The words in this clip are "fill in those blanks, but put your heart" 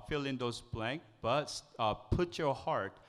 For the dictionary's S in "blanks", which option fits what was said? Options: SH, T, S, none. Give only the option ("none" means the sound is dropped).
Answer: none